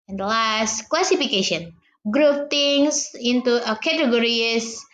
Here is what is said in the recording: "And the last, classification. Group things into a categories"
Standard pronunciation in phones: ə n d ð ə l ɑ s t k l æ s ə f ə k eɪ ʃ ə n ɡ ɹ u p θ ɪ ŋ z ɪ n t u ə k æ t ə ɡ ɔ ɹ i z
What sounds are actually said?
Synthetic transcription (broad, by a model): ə n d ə l ɑ s t k l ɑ s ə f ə k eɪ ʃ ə n ɡ ɹ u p t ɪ ŋ s ɪ n t u ə k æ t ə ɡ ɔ ɹ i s